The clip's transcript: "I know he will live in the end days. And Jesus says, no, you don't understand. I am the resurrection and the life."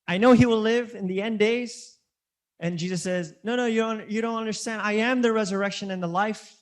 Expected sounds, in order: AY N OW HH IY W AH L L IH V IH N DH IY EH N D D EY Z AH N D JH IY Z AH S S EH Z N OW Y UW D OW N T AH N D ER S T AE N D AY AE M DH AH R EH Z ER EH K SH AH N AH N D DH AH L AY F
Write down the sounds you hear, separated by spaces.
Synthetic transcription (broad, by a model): AY N OW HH IY W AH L L IH V IH N DH IY EH N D D EY Z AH N JH IY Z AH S S EH Z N OW Y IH D OW N T AH N D ER S T AE N D AY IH M DH AH R EH Z ER EH K SH AH N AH N DH AH L AY F